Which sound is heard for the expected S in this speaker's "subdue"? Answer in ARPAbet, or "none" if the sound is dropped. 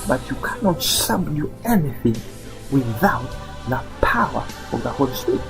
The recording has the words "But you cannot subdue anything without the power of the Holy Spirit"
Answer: SH